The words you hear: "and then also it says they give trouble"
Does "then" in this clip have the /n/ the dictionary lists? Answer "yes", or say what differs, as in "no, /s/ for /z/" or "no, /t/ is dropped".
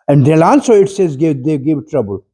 no, /l/ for /n/